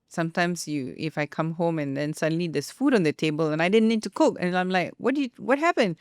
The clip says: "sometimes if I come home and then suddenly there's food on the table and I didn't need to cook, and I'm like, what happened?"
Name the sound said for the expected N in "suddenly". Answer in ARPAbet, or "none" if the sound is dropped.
N